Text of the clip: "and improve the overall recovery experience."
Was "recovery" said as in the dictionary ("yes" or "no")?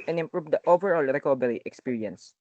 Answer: no